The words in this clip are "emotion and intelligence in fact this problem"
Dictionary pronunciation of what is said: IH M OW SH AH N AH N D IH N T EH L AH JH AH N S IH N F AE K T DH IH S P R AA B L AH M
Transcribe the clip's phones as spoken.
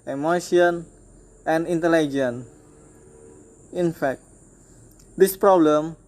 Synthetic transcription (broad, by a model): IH M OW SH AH N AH N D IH N T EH L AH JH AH N IH N F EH K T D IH S P R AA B L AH M